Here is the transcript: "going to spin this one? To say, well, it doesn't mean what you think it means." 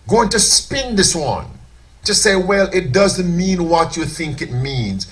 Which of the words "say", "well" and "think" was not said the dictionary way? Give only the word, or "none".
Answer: none